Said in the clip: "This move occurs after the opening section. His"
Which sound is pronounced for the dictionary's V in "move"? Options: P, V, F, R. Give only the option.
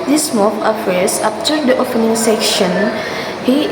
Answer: F